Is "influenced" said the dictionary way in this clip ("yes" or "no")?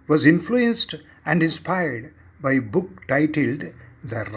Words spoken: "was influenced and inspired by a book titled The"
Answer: yes